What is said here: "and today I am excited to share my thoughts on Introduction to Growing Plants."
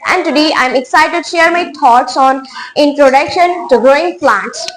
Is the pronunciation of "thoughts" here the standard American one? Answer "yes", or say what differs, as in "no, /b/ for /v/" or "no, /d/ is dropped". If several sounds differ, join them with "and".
no, /t/ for /θ/